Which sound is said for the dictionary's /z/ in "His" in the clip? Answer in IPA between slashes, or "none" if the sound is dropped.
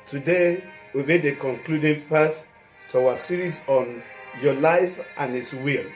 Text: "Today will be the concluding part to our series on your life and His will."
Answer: /s/